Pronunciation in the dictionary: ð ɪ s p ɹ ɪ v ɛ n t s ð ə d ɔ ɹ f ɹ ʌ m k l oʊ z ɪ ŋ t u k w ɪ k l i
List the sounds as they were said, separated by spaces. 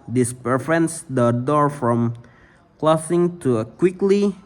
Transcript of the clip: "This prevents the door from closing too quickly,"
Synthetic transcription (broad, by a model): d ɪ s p ɪ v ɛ n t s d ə d ɔ ɹ f ɹ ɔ m k l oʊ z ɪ ŋ t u k w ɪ k l i